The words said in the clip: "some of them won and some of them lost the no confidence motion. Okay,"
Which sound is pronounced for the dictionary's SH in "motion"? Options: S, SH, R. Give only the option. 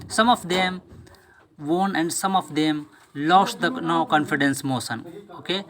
S